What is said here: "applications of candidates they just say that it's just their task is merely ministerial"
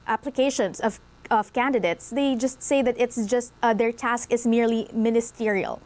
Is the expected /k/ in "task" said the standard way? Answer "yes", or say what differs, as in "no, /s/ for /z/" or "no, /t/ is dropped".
yes